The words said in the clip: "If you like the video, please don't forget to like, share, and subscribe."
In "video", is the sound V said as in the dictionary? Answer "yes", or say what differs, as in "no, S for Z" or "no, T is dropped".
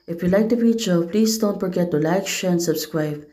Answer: no, F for V